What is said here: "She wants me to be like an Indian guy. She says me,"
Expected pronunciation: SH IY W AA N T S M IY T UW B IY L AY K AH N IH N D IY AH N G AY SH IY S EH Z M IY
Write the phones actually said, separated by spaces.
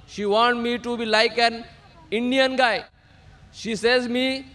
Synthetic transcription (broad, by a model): SH IY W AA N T M IY T UW B IY L AY K AH N IH N D IY AH N G AY SH IY S EH Z M IY